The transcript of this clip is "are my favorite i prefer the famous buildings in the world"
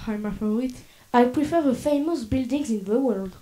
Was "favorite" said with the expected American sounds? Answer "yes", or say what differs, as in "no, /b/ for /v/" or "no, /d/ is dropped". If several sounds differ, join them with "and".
no, /f/ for /v/